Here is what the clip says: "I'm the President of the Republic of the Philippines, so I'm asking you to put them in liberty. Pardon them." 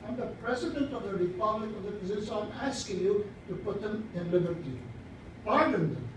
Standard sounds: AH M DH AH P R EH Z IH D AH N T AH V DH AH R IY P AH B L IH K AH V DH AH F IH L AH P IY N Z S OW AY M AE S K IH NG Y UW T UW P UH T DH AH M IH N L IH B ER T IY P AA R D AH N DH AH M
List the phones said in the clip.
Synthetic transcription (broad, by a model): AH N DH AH P R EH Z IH D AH N T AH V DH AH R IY P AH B L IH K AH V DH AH P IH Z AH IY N S OW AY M AE S K IH NG Y UW T UW P UH T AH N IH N L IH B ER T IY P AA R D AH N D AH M